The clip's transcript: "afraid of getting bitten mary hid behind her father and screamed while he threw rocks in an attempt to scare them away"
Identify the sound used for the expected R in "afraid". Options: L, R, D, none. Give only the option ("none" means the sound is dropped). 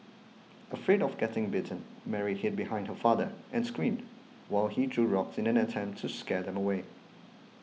R